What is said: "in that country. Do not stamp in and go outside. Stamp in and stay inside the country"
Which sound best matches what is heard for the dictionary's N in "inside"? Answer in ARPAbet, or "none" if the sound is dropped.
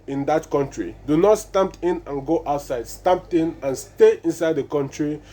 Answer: N